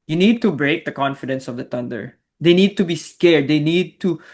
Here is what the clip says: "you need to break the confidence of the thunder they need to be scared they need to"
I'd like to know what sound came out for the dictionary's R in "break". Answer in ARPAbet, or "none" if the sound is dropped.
R